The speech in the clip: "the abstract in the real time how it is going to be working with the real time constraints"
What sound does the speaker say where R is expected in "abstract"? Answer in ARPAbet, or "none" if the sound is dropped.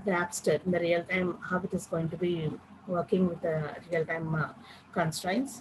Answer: none